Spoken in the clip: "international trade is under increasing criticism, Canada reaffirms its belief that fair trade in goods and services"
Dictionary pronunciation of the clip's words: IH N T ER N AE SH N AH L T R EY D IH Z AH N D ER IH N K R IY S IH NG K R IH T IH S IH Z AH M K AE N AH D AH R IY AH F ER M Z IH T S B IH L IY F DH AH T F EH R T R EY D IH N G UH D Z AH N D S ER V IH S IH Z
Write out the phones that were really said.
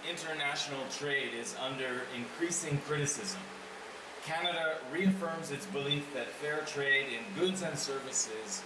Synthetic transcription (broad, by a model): IH N T ER N AE SH N L T R EY D IH Z AH N D ER IH N K R IY S IH NG K R IH T IH S IH Z AH M K AE N AH D AH R IY AH F ER M Z IH T S B IH L IY F DH AH T F EH R T R EY D IH N G UH D Z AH N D S ER V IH S IH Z